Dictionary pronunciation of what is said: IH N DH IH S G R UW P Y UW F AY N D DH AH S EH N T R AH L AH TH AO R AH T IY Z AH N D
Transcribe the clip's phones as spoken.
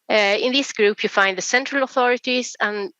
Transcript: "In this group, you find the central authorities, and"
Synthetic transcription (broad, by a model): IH N DH IH S G R UW P Y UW F AY N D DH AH S EH N T R AH L AH TH AO R AH T IY Z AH N